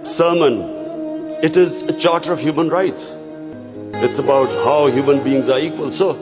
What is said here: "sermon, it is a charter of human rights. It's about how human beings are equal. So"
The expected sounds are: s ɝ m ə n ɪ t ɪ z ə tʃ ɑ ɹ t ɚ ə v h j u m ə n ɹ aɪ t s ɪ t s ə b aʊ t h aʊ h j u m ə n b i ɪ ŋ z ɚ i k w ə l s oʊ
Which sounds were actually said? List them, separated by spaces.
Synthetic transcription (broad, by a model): s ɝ m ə n ɪ t ɪ z ə tʃ ɑ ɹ t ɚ ə v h j u m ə n ɹ aɪ t s ɪ t s ə b aʊ t h aʊ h j u m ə n b i ɪ ŋ z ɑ i k w ə l s oʊ